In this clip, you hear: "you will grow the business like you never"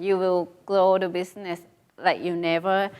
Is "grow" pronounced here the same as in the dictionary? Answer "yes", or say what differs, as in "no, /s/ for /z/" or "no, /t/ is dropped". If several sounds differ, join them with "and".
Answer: no, /l/ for /ɹ/